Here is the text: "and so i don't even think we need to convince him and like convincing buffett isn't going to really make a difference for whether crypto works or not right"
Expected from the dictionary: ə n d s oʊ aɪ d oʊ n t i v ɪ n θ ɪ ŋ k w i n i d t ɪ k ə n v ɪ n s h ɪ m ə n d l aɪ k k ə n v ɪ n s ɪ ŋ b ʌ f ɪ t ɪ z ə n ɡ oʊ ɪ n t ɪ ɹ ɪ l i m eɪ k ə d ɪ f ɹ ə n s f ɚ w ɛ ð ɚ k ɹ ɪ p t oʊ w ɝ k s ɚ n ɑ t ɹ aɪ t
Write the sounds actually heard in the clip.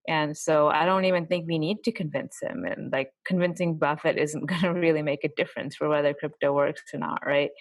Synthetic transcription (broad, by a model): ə n s oʊ aɪ d oʊ n t i v ɪ n θ ɪ ŋ k w i n i d t ɪ k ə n v ɪ n s h ɪ m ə n l aɪ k k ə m v ɪ n s ɪ ŋ b ʌ f ɪ t ɪ z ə n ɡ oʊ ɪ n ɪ ɹ ɪ l i m eɪ k ə d ɪ f ɹ ə n s f ɚ w ɛ ð ɚ k ɹ ɪ p t oʊ w ɝ k s ɚ n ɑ t ɹ aɪ t